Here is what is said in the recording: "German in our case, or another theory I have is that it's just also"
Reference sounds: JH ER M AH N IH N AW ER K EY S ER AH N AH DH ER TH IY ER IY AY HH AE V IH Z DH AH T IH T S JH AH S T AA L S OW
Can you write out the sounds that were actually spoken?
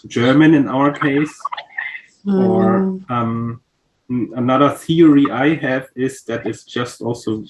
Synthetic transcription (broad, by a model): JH ER M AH N IH N AW ER K EY S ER AH N AH DH ER TH IY ER IY AY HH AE V IH Z DH AH T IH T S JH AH S T AA L S OW